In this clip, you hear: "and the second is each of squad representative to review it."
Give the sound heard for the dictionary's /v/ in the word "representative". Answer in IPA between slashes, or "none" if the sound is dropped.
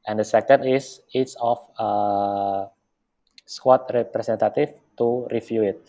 /f/